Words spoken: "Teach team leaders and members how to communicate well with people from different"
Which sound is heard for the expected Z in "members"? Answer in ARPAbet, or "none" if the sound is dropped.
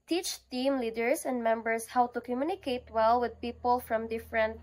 S